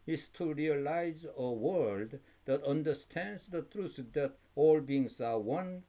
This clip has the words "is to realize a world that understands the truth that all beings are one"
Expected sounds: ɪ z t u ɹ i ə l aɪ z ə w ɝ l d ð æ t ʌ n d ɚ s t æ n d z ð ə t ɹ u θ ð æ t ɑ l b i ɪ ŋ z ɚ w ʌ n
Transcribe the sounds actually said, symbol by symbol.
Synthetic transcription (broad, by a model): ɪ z t u ɹ i ə l aɪ z ə w ɝ l d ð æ t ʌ n d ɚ s t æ n d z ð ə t ɹ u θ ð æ t ɑ l b i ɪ ŋ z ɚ w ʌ n